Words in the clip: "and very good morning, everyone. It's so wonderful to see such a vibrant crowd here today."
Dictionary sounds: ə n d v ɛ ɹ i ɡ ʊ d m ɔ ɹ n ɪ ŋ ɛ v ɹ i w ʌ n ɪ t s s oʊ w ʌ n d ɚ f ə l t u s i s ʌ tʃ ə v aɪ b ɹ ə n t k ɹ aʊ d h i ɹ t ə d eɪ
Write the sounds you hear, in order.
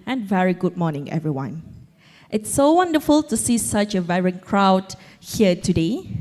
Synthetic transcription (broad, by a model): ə n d v ɛ ɹ i ɡ ʊ d m ɔ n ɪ ŋ ɛ v ɹ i w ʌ n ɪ t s s oʊ w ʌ n d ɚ f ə l t u s i s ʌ tʃ ə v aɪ ɹ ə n k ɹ aʊ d h i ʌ t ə d eɪ